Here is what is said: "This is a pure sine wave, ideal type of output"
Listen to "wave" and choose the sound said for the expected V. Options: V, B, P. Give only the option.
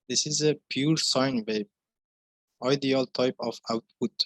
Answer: B